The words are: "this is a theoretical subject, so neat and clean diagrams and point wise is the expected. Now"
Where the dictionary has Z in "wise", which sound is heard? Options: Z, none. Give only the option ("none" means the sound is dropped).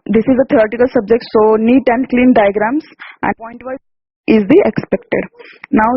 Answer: none